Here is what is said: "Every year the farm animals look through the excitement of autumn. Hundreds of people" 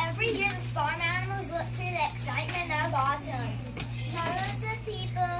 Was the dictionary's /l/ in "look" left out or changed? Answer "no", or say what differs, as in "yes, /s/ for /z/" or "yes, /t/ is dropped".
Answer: yes, /w/ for /l/